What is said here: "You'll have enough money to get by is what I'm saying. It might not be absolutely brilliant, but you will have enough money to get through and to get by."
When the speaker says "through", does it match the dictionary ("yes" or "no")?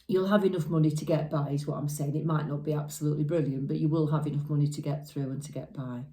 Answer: yes